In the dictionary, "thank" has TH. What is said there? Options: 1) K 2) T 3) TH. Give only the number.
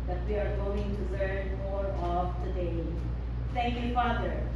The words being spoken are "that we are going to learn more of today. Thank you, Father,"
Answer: 2